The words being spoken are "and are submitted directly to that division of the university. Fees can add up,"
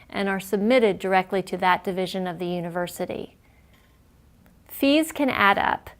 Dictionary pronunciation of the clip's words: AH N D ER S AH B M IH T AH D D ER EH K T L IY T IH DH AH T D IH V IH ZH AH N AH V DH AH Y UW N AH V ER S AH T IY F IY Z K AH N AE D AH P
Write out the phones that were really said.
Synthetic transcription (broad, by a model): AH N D ER S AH B M IH T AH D D ER EH K T L IY T IH DH AH T D IH V IH ZH AH N AH V DH AH Y UW N AH V ER S AH T IY F IY Z K AH N AE D AH P